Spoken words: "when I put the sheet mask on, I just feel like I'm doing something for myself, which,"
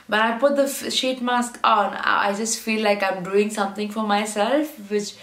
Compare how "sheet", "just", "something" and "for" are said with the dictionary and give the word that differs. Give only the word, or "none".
something